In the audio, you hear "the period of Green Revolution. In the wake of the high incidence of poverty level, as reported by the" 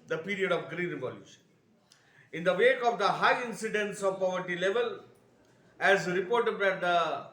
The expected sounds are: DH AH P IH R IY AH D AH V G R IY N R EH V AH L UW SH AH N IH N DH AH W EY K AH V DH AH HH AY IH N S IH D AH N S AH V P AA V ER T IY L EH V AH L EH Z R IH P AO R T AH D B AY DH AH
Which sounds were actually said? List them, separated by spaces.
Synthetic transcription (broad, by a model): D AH P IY R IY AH D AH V G R IY N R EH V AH L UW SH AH N IH N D AH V EY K AH V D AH HH AY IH N S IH D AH N S AH V P AA V ER T IY L EH V AH L EH Z R IH P AO R T AH D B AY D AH